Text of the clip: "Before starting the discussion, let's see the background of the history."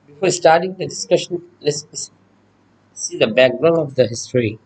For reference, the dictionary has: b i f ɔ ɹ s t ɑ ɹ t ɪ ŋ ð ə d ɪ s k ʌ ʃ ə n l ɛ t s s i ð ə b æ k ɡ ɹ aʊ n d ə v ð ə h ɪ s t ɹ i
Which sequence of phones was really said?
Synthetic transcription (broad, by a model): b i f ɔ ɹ s t ɑ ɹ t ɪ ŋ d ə d ɪ s k ʌ ʃ ə n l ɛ s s s i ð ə b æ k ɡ ɹ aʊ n ə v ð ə h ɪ s t ɹ i